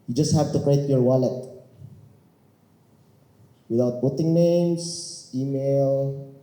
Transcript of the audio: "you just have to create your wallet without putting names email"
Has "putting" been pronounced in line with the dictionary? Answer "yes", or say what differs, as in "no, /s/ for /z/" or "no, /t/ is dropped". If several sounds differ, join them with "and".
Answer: no, /b/ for /p/